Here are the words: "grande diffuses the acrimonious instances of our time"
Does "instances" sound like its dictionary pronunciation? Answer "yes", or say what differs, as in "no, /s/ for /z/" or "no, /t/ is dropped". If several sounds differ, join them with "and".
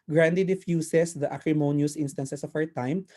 no, /s/ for /z/